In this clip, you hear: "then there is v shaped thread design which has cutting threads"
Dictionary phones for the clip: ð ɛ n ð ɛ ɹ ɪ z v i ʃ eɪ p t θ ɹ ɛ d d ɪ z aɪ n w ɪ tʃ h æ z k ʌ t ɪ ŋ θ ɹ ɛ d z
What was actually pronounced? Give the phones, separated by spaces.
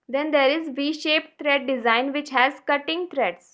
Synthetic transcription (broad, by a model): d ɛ n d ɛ ɹ ɪ z v i ʃ eɪ p t t ɹ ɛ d d ɪ z aɪ n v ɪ tʃ h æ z k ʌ t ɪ ŋ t ɹ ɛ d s